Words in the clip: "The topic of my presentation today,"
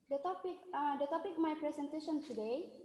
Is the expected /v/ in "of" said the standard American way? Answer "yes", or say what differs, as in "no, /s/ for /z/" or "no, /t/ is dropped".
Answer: no, /p/ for /v/